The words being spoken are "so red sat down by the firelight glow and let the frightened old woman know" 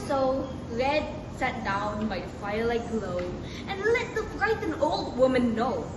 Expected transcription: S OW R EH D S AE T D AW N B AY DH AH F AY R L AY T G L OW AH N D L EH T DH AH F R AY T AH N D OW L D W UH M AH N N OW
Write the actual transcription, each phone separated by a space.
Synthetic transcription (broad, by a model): S OW R EH D S AE T D AW N B AY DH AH F AY R L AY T G L OW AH N L EH T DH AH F R AY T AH N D OW L D W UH M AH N N OW